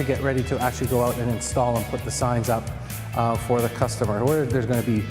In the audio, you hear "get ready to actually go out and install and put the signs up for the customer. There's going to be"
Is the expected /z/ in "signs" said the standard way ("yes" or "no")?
yes